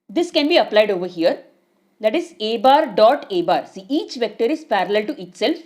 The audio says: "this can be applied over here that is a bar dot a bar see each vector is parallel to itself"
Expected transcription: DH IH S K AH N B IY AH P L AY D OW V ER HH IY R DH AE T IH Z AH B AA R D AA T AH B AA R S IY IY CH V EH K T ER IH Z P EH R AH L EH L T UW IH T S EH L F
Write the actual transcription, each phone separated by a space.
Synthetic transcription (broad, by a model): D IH S K AH N B IY AH P L AY D OW V ER HH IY R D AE T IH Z AH B AA R D AA T AH B AA R S IY IY CH V EH K T ER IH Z P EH R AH L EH L T UW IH T S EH L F